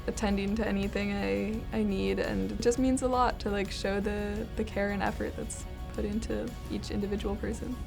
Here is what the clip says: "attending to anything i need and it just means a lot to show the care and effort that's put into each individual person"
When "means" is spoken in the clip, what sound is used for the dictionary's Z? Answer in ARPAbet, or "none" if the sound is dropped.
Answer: Z